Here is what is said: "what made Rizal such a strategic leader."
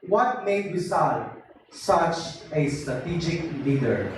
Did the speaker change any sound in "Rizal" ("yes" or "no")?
yes